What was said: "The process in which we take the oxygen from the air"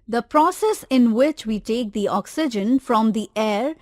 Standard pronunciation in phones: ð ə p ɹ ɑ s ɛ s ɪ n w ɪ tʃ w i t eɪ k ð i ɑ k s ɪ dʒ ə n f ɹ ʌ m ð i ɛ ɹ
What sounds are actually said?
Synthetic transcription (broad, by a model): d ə p ɹ ɑ s ɛ s ɪ n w ɪ tʃ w i t eɪ k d i ɑ k s ɪ dʒ ə n f ɹ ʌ m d i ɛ ɹ